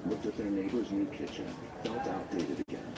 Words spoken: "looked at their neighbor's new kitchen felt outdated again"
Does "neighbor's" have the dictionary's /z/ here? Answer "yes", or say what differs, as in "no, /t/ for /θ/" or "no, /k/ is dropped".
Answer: yes